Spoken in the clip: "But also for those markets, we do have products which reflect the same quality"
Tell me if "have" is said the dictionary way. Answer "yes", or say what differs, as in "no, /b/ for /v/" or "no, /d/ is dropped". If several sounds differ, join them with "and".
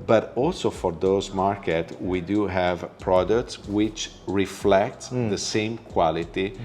yes